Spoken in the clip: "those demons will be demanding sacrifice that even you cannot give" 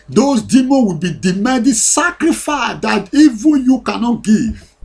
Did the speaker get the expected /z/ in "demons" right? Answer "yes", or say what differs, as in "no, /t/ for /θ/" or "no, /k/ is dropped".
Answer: no, /z/ is dropped